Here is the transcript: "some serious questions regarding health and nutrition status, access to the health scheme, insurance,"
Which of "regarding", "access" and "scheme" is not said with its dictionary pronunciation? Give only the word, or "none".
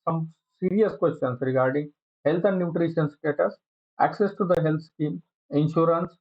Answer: none